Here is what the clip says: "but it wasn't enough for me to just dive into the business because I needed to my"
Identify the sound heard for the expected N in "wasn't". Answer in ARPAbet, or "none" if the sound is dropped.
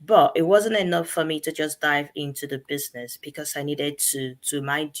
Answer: N